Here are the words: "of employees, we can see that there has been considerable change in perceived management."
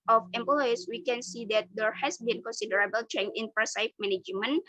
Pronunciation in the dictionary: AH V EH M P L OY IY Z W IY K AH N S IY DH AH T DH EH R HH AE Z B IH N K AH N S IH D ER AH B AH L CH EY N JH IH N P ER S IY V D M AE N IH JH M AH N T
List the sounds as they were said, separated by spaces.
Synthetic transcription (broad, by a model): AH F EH M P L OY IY S W IY K AH N S IY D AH T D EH R HH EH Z B IH N K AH N S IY D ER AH B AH L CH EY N IH N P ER S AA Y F M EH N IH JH M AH N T